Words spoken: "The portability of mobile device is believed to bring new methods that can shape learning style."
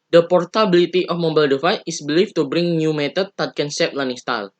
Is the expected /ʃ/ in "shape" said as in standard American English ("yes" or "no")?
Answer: no